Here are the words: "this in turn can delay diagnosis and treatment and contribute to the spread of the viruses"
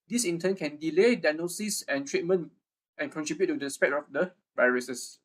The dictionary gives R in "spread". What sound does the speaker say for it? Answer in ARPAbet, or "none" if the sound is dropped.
none